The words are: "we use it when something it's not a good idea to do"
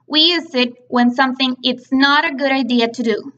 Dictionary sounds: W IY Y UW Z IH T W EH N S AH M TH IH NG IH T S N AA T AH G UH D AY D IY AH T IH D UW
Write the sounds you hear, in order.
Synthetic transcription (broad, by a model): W IY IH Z IH T W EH N S AH M TH IH NG IH T S N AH T AH G UH D AY D IY AH T IH D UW